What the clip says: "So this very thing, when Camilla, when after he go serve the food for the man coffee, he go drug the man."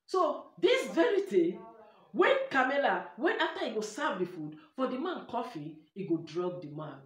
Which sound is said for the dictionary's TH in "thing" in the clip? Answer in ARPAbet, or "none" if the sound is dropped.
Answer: T